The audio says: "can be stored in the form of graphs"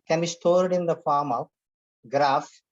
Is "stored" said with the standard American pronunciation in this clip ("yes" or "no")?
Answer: yes